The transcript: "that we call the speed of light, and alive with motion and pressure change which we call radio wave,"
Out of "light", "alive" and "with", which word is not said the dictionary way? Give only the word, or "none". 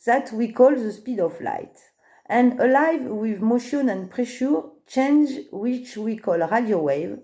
none